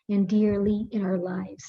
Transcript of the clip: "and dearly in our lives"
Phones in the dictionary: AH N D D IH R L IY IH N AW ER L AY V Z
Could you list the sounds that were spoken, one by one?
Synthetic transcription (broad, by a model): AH N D D IH R L IY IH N AW ER L AY V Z